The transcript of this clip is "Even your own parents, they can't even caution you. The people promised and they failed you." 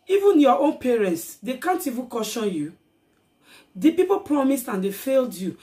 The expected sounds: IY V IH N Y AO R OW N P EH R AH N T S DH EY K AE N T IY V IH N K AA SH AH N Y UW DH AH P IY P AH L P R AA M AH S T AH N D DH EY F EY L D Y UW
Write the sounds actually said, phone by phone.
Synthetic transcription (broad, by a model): IY V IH N Y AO OW N P EH R AH N T S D EY K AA N T IY V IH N K AA SH AH N Y UW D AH P IY P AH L P R AA M AH S T AH N D EY F EY L D Y UW